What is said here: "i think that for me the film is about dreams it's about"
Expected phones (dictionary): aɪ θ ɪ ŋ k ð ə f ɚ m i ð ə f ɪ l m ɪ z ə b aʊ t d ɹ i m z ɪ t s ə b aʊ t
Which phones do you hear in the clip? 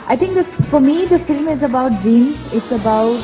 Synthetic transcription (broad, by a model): aɪ t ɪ ŋ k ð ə f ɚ m i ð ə f ɪ l m ɪ z ə b aʊ t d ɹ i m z ɪ t s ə b aʊ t